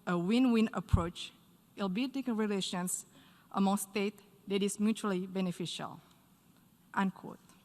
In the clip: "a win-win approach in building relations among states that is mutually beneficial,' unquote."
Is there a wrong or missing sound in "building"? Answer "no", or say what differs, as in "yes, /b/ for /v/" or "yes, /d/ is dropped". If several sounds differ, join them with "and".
yes, /l/ is dropped